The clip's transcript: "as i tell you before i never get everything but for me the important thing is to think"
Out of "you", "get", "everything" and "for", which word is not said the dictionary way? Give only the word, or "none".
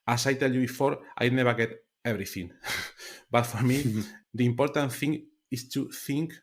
everything